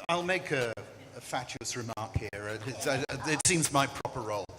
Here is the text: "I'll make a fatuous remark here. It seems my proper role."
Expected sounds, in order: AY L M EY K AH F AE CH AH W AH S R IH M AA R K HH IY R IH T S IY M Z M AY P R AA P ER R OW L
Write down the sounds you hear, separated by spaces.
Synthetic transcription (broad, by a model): AY L M EY K AH F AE CH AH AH S R IH M AA R K HH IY R IH T S IY M Z M AY P R AA P ER R OW L